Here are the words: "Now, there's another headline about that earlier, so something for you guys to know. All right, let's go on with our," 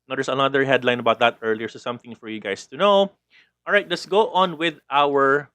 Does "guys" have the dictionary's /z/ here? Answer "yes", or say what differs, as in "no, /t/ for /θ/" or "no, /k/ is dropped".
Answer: no, /s/ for /z/